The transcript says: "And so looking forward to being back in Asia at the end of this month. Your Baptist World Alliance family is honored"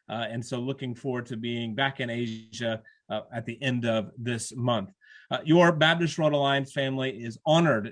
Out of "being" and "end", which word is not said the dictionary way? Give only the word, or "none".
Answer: none